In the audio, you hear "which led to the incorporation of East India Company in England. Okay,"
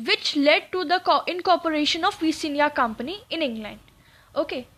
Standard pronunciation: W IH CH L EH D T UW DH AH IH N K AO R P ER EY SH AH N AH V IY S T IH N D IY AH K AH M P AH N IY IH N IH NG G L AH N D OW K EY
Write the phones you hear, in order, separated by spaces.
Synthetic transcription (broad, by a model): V IH CH L EH D T UW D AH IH N K AO R P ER EY SH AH N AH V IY S IH N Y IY K AH M P AH N IY IH N IH NG G L AH N D OW K EY